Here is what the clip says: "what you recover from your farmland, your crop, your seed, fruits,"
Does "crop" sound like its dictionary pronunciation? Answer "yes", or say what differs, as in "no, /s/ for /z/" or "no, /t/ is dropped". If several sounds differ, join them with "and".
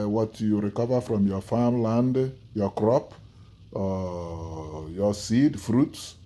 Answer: yes